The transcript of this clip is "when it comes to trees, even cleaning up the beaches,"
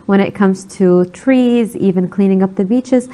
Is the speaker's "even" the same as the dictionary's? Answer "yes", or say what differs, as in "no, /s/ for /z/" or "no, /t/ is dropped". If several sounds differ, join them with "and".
yes